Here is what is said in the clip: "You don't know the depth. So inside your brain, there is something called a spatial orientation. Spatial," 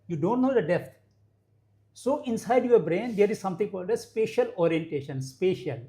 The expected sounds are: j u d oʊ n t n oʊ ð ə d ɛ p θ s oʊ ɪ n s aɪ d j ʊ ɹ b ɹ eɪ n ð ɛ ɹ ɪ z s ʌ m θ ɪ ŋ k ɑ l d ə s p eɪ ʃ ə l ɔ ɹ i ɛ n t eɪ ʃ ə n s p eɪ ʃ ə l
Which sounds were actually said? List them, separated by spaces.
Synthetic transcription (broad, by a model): j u d oʊ n t n oʊ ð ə d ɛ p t s oʊ ɪ n s aɪ d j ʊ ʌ b ɹ eɪ n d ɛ ɹ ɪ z s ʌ m t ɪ ŋ k ɑ l d ə s p eɪ ʃ ə l ɔ ɹ i ɛ n t eɪ ʃ ə n s p eɪ ʃ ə l